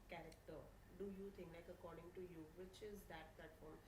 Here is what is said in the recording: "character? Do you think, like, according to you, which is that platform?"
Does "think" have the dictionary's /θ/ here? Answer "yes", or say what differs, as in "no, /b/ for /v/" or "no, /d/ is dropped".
no, /t/ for /θ/